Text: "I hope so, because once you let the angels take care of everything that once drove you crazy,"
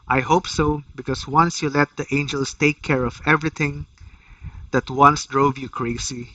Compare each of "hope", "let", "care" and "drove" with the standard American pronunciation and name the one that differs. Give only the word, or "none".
none